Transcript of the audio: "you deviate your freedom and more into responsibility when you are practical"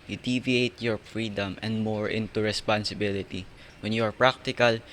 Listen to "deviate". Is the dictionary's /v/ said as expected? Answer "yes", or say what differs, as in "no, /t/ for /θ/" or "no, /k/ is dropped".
yes